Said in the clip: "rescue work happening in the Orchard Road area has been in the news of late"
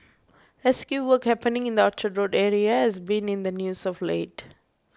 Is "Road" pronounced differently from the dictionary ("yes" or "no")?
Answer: no